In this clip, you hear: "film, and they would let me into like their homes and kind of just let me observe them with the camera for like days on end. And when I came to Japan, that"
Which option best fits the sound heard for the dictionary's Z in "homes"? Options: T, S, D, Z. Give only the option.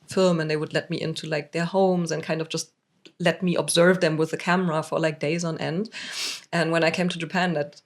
Z